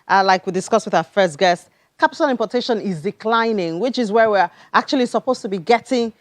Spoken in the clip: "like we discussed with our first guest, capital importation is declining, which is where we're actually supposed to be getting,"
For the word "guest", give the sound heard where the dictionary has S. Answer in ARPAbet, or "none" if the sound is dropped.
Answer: S